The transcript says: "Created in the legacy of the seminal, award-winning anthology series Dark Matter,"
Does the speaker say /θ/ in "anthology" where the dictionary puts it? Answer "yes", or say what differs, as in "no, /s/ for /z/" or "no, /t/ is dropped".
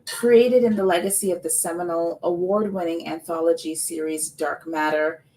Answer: yes